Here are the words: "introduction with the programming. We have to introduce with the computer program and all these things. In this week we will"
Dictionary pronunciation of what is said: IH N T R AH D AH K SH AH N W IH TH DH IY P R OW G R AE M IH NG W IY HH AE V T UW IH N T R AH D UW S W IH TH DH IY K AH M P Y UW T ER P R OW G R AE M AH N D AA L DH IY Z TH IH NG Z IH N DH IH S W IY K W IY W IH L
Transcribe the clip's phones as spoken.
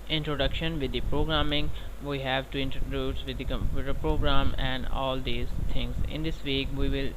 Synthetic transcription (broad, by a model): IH N T R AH D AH K SH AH N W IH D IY P R OW G R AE M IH NG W IY HH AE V T UW IH N T R AH D UW S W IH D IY K AH M P Y UW T ER P R OW G R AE M AH N D AA L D IY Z T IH NG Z IH N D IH S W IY K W IY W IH L